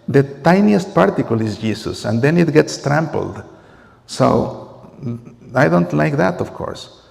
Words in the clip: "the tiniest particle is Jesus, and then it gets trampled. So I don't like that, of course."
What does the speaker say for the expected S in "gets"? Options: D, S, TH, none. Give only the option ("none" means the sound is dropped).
S